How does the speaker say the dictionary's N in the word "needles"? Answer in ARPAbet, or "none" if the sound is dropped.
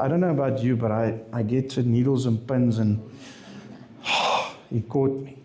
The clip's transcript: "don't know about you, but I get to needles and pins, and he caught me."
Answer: N